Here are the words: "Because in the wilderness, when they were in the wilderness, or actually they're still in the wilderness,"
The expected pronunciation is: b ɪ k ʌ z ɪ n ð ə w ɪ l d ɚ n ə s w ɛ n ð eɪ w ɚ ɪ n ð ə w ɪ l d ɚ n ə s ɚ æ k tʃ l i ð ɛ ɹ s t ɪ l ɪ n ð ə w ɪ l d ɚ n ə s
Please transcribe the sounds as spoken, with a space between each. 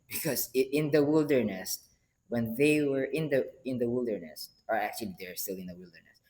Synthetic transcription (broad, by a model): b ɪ k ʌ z ɪ n ð ə w ɪ l d ɚ n ə s w ɛ n ð eɪ w ɚ ɪ n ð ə w ɪ l d ɚ n ə s ɚ æ k tʃ l i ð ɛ ɹ s t ɪ l ɪ n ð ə w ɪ l d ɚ n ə s